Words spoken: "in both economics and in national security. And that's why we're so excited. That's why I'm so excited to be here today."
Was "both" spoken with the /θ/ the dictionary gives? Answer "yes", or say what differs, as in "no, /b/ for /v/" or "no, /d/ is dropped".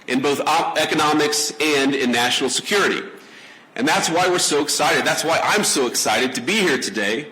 yes